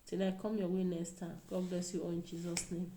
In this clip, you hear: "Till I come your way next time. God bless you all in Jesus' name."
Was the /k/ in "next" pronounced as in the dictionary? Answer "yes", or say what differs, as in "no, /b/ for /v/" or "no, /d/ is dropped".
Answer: no, /k/ is dropped